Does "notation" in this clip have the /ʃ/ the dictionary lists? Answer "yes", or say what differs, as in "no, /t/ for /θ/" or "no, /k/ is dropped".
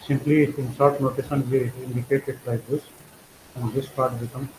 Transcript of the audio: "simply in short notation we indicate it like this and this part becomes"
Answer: no, /s/ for /ʃ/